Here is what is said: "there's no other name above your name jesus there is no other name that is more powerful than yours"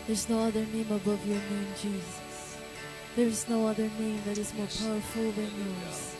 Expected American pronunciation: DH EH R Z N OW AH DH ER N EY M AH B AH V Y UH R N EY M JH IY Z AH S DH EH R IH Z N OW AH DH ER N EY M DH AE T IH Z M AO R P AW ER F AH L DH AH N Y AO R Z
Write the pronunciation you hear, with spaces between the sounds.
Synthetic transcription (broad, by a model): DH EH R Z N OW AH DH ER N EY M AH B AH V Y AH R N EY M JH IY Z AH S DH EH R IH Z N OW AH DH ER N EY M DH AE T IH Z M AO R P AW ER F AH L DH AH N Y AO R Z